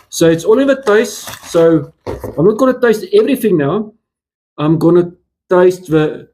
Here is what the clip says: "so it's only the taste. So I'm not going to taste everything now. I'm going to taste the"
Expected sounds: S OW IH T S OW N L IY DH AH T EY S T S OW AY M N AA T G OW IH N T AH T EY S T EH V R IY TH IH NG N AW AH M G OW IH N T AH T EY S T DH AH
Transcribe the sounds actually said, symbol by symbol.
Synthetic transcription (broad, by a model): S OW IH T S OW L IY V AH T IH S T S OW AY M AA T G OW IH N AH T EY S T EH V R IY TH IH NG N AW AH M G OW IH N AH T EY S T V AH